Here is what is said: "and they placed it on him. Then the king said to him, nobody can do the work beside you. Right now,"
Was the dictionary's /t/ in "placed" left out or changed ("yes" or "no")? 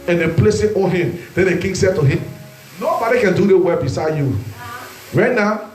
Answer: yes